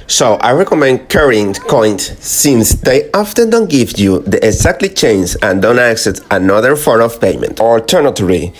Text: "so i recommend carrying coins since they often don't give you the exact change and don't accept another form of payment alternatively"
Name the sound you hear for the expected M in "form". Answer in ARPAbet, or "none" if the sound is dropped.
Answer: none